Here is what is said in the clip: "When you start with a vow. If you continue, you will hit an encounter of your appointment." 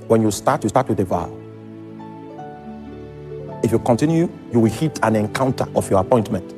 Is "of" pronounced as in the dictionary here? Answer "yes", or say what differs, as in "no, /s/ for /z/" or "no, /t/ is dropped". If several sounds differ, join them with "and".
no, /f/ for /v/